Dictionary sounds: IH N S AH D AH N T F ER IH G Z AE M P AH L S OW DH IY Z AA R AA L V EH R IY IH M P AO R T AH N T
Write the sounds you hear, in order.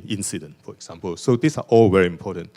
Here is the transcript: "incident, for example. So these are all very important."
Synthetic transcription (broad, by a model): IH N S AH D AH N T F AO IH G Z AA M P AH L S OW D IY S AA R AA L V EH R IY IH M P AO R T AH N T